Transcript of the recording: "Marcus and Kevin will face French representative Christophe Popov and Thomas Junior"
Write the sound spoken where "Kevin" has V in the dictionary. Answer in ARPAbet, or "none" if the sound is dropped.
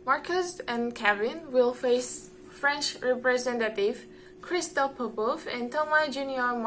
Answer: B